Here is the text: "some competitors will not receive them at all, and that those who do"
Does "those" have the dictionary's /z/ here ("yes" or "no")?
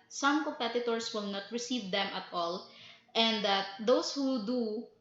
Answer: no